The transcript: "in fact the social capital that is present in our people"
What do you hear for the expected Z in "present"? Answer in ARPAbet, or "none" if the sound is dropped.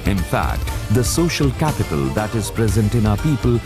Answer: Z